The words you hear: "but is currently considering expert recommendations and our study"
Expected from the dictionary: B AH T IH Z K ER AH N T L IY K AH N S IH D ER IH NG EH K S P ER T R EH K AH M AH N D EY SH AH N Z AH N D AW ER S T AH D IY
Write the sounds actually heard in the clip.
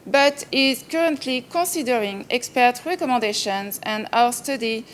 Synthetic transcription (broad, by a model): B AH T IH Z K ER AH N T L IY K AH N S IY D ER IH NG EH K S P ER T R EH K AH M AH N D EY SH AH N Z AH N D AW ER S T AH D IY